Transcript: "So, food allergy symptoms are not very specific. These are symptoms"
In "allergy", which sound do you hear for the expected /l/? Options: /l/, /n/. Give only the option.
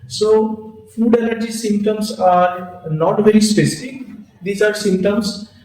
/n/